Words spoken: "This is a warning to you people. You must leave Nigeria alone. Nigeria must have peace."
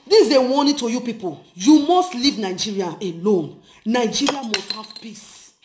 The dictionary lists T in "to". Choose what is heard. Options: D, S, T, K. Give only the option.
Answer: T